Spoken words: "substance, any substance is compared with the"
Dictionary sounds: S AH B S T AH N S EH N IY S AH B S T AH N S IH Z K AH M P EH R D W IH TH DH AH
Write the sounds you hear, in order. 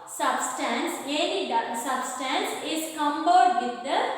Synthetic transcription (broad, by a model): S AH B S T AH N S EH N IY S AH B S T AH N S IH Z K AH M B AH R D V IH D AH